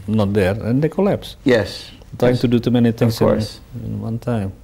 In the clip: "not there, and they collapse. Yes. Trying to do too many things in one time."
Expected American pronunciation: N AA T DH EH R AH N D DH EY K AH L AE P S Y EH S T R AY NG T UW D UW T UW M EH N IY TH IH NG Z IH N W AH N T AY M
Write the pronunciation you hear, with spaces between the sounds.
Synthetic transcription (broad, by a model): N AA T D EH R AH N D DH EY K AH L AE P S Y EH S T AY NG T UW D UW T UW M EH N IY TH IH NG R IH N W AH N T AY M